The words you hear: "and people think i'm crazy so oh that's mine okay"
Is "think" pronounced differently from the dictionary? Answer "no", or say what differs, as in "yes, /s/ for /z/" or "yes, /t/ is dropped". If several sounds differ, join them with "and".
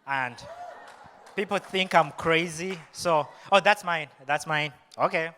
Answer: no